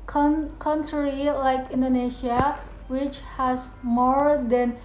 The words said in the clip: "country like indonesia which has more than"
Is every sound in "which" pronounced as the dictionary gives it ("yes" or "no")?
yes